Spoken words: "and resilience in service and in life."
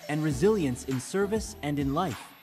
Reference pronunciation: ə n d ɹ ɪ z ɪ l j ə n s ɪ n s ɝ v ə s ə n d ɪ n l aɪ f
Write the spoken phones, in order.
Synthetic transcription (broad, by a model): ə n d ɹ ɪ z ɪ l j ə n s ɪ n s ɝ v ə s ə n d ɪ n l aɪ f